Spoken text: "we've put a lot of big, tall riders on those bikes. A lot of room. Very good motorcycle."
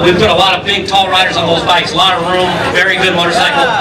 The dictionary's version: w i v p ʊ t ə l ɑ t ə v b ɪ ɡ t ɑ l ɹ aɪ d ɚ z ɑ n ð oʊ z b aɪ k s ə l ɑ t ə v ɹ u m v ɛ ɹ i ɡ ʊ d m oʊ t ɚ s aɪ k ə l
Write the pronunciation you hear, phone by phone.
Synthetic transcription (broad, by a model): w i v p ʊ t ə l ɑ t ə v b ɪ ɡ t ɑ l ɹ aɪ d ɚ z n ð oʊ z b aɪ k s l ɑ t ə ɹ u m v ɛ ɹ i ɡ ʊ d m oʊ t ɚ s aɪ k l